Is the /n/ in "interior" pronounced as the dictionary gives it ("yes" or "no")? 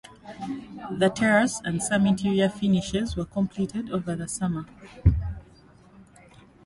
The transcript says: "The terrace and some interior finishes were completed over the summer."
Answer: no